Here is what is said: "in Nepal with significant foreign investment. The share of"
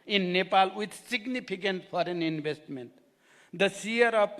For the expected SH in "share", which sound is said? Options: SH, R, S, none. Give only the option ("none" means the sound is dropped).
S